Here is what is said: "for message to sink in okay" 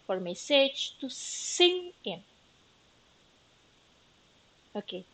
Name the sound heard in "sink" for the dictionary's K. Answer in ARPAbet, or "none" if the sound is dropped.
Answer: none